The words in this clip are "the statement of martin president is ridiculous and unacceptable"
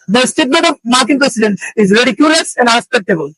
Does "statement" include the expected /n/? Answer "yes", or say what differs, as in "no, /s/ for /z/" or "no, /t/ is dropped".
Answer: no, /n/ is dropped